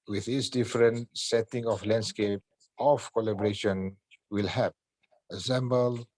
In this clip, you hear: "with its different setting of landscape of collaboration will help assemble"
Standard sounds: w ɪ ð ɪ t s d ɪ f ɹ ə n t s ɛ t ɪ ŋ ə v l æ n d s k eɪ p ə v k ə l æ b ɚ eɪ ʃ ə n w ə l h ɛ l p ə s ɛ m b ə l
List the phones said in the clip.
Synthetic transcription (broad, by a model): w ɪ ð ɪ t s d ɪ f ɹ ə n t s ɛ t ɪ ŋ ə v l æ n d s k eɪ p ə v k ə l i b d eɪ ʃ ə n w ə l h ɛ p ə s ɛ m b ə l